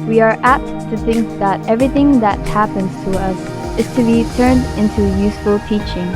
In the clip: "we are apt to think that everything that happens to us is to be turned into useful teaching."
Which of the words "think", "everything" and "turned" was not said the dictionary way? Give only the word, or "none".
none